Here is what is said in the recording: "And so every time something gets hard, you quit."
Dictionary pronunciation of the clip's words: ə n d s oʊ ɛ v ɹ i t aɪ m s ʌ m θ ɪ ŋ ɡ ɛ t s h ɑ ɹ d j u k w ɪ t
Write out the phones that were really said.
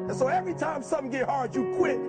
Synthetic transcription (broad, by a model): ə n s oʊ ɛ v ɹ i t aɪ m s ʌ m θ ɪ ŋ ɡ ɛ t h ɑ ɹ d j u k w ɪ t